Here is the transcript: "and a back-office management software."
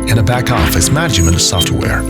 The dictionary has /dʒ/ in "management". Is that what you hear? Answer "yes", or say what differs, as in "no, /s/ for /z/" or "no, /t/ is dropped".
no, /dʒ/ is dropped